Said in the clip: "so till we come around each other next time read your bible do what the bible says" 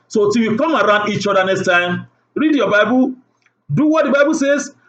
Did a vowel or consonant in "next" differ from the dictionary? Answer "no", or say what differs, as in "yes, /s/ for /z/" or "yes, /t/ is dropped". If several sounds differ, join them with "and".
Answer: no